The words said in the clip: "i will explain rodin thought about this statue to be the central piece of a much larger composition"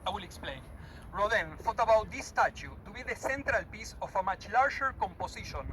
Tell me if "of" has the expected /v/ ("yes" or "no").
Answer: no